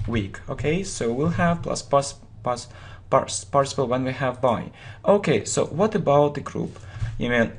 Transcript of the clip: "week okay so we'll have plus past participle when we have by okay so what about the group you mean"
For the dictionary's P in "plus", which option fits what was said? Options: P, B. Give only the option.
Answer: P